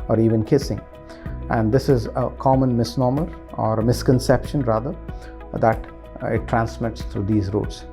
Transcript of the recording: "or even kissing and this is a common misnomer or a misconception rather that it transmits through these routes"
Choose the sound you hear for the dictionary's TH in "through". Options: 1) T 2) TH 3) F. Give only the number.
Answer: 1